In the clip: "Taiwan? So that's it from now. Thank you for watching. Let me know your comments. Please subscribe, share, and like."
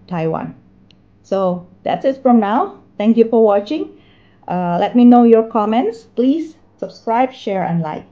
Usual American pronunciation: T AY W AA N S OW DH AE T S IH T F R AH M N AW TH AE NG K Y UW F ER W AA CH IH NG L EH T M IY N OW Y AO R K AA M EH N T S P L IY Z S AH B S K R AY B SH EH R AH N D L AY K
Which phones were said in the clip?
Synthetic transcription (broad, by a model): T AY W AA N S OW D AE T S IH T F R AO M N AW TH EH NG K Y UW F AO W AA CH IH NG L EH T M IY N OW Y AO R K AA M EH N T S P L IY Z S AH B S K R AY B SH EH R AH N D L AY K